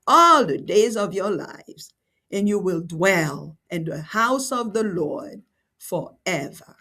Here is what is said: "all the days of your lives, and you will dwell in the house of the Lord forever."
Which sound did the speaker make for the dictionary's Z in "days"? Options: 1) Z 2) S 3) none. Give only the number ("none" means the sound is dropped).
1